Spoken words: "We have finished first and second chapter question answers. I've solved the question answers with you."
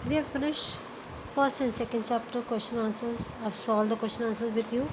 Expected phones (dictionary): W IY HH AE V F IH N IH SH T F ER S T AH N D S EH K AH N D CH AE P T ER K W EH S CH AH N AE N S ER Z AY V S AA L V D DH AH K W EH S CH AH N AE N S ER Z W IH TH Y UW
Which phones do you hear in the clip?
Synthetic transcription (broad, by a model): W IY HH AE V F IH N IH SH F ER S T AH N D S EH K AH N D CH AE P T ER K W EH S CH AH N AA N S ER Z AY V S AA L D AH K W EH S CH AH N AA N S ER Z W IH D Y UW